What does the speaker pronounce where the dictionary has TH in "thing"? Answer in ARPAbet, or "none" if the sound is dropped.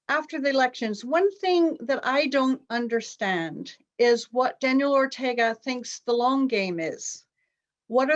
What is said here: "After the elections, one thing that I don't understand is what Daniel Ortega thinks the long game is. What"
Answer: TH